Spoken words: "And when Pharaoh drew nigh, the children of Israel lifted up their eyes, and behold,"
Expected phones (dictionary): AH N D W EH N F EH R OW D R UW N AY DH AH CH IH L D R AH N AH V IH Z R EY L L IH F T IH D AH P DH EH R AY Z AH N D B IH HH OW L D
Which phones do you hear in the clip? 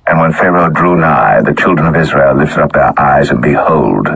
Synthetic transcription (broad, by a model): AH N W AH N F EH R OW D R UW N AY DH AH CH IH L D R AH N AH V IH Z R EY L L IH F T IH D AH P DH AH R AY Z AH N B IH HH OW L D